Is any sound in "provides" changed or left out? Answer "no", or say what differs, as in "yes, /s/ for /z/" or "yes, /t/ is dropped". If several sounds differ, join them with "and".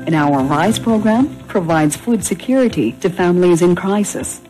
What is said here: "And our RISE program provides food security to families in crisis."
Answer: no